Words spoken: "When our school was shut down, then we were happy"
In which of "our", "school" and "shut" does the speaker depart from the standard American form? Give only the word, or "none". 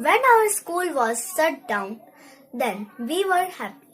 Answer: shut